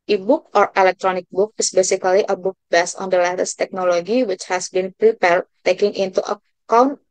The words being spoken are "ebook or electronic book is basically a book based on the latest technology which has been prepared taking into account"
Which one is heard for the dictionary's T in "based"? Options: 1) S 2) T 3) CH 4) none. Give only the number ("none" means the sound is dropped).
4